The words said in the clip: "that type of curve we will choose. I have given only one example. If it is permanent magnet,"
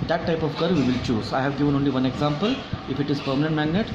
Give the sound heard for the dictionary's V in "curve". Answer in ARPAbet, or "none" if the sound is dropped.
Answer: V